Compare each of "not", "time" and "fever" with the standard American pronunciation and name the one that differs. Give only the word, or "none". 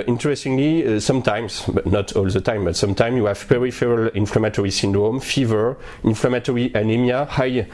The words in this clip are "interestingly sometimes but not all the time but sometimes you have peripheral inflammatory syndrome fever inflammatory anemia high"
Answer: none